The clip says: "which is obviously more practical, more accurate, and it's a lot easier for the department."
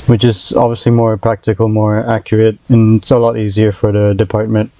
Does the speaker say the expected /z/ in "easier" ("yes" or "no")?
yes